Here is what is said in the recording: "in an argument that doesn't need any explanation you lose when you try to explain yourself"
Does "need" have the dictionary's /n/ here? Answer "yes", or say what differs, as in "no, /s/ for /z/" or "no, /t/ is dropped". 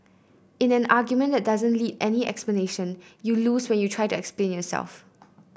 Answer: no, /l/ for /n/